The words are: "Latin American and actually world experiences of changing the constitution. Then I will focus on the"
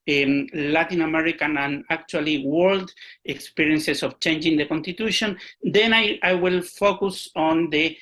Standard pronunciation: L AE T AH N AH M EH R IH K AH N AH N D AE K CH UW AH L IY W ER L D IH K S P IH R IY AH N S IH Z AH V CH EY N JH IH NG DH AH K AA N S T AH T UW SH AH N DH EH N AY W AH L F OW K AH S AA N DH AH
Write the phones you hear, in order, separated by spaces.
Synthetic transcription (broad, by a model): L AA T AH N AH M EH R IH K AH N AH N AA K CH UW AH L IY W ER L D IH K S P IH R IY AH N S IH S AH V CH EY N JH IH NG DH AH K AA N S T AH T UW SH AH N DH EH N AY W AH L F OW K AH S AA N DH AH